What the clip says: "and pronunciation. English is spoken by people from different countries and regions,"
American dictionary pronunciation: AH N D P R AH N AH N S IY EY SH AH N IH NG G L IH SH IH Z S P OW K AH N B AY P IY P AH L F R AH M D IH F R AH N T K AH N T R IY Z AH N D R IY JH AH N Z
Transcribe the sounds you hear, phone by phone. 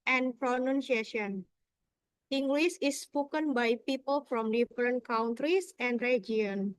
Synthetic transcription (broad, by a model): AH N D P R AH N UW N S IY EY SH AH N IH NG G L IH S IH S P OW K AH N B AY P IY P AH L F R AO M D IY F R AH N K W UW N T R IY S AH N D R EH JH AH N